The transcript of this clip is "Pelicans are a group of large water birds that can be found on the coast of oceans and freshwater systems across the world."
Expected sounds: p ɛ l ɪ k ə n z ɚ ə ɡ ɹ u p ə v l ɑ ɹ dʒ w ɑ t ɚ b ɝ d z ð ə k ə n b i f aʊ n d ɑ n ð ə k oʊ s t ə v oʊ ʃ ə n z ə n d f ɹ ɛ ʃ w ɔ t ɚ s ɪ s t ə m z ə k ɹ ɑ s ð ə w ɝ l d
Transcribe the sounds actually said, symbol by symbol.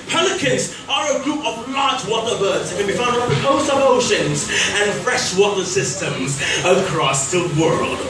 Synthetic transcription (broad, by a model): p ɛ l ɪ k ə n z ɚ ə ɡ ɹ u p ə v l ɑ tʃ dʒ w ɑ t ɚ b ɝ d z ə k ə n b i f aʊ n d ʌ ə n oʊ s ə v oʊ ʃ ə n z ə n f ɹ ɛ ʃ w ɔ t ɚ s ɪ s t ə m z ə k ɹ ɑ s ð ə w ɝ l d